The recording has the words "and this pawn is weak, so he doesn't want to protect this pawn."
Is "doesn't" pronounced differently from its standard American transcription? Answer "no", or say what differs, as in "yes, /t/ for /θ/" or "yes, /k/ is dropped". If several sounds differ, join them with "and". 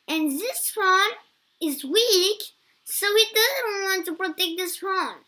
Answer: no